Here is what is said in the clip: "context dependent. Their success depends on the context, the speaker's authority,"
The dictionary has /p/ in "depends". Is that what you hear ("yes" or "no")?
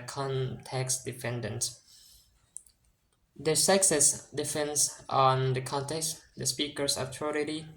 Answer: no